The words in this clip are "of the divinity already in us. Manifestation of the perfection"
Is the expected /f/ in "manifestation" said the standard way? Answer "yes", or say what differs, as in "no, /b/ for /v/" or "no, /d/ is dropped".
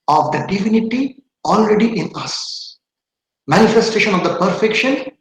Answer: yes